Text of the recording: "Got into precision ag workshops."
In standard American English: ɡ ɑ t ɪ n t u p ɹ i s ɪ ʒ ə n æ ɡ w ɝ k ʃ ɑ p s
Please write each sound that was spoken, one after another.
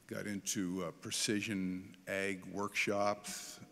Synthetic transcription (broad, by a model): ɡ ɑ t ɪ n t u p ɹ i s ɪ ʒ ə n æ ɡ w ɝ k ʃ ɑ p s